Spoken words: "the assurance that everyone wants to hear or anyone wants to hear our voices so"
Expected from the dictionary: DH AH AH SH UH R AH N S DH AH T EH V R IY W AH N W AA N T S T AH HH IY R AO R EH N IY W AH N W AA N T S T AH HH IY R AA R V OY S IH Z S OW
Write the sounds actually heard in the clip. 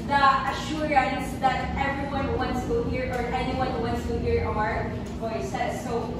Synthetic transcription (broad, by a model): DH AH AH SH UH R AH N S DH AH T EH V R IY W AH N W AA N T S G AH HH IY R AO R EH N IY W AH N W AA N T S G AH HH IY R AA R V OY S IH S OW